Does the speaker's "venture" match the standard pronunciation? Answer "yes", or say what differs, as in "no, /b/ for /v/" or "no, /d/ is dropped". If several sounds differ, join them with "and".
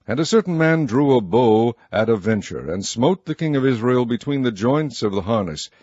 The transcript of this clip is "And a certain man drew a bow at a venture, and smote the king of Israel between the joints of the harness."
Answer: yes